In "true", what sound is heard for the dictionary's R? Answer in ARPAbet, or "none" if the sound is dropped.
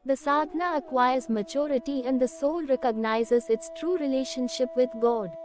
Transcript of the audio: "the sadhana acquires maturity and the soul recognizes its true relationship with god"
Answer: R